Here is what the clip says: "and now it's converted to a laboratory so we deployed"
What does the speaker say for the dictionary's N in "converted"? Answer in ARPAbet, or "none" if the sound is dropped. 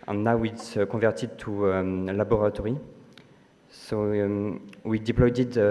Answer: none